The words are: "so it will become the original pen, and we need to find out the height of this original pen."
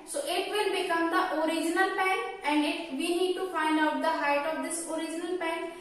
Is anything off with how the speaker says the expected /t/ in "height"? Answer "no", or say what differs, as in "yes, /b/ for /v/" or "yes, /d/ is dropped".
no